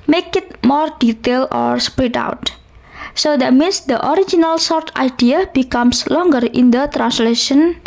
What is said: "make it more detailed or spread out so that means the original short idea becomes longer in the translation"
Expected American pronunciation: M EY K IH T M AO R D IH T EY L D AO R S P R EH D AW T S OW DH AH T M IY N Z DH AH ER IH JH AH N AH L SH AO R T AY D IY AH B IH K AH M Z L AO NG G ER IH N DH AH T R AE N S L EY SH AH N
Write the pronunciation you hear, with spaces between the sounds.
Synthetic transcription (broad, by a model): M EY K IH T M AO R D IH T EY L AO R S P R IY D AW T S OW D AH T M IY N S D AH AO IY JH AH N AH L S AO R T AY D IY AH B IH K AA M S L AO NG G ER IH N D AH T R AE N S L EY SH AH N